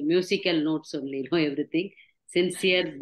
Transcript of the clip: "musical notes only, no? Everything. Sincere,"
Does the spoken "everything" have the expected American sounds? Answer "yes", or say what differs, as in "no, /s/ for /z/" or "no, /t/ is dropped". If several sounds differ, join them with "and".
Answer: no, /t/ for /θ/